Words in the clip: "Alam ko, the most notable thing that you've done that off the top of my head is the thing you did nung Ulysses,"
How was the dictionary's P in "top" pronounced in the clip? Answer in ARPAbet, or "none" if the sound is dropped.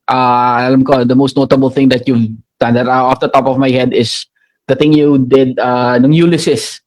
P